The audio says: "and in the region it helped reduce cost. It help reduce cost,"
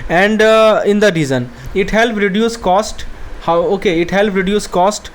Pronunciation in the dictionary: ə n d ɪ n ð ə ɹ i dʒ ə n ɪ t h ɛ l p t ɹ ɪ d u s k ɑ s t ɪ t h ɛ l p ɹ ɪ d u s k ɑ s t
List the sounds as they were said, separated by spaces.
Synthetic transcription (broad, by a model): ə n d ɪ n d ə ɹ i z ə n ɪ t h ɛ l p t ɹ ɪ d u s k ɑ s t ɪ t h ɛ l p ɹ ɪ d u s k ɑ s t